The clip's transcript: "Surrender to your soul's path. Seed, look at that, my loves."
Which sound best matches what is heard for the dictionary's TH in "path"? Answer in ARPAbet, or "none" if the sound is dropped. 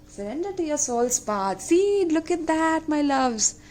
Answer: T